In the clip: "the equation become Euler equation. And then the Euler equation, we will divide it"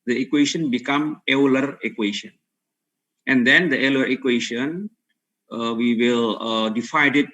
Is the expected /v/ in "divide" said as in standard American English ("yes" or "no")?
no